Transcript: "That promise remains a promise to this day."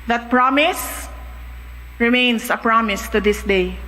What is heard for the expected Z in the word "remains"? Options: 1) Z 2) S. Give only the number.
2